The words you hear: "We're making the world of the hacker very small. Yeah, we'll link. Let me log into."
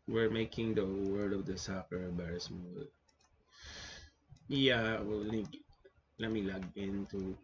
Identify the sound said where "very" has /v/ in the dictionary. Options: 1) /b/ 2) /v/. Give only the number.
1